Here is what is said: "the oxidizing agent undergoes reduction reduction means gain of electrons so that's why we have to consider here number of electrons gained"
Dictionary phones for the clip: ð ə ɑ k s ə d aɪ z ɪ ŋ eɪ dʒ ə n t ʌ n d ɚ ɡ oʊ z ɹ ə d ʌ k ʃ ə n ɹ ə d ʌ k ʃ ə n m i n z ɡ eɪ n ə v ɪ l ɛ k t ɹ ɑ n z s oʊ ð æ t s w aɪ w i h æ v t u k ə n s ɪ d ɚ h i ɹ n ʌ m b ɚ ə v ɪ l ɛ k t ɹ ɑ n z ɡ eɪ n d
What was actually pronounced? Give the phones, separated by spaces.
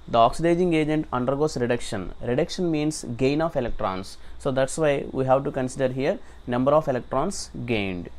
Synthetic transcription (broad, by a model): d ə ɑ k s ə d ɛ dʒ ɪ ŋ eɪ dʒ ə n t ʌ n d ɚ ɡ oʊ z ɹ ə d ʌ k ʃ ə n ɹ ə d ʌ k ʃ ə n m i n s ɡ eɪ n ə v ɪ l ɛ k t ɹ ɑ n s oʊ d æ t s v aɪ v i h æ v t u k ə n s ɪ d ɚ h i ɹ n ʌ m b ɚ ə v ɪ l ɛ k t ɹ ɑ n s ɡ eɪ n d